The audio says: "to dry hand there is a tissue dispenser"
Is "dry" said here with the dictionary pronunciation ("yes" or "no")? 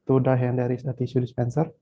no